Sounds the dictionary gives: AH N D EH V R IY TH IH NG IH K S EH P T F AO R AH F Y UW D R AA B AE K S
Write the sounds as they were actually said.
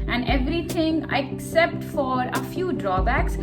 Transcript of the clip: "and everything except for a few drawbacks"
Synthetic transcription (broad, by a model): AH N D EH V R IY T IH NG IH K S EH P T F AO R AH F Y UW D R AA B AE K S